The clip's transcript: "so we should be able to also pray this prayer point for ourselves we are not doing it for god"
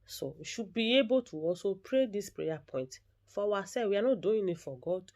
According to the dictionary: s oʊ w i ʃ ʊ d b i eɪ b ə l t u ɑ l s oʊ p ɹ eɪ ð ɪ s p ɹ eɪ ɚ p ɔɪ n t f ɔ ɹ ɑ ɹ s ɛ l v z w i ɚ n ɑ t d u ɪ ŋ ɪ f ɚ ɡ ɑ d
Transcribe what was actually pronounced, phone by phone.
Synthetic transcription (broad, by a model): s oʊ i ʃ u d b i eɪ b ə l t u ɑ s oʊ p ɹ eɪ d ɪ s p ɹ eɪ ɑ p ɔɪ n t f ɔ w ɑ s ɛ w i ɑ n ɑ d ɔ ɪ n ɪ f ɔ ɡ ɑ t